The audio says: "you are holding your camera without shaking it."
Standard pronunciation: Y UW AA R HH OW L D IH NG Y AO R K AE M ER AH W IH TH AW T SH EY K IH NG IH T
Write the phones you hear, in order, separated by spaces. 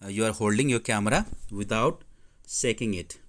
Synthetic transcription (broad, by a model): Y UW AA R HH OW L D IH NG Y AO R K AE M ER AH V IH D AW T S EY K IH NG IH T